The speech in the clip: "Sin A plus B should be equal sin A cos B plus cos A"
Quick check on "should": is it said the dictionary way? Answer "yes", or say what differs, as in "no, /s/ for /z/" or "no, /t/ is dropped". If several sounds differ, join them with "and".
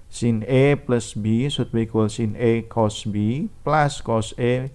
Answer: no, /s/ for /ʃ/